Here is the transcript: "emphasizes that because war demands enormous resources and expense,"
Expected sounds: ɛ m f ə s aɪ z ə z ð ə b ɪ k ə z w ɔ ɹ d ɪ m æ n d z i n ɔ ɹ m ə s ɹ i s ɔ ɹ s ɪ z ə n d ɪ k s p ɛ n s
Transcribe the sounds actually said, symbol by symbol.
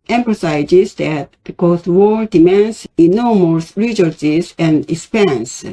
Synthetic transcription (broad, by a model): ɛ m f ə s aɪ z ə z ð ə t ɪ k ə s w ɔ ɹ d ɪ m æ n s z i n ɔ m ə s ɹ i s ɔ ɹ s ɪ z ə n d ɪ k s p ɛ n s